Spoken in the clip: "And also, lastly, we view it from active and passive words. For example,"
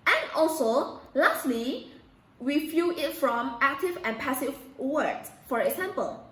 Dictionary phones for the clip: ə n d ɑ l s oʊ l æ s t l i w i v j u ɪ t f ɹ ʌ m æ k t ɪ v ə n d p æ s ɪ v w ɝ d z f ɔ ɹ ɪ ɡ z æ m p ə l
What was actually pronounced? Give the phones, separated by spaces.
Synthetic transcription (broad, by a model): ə n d ɑ l s oʊ l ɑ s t l i w i f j u ɪ t f ɹ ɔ m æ k t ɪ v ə n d p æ s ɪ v w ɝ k f ɔ ɹ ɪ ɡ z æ m p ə l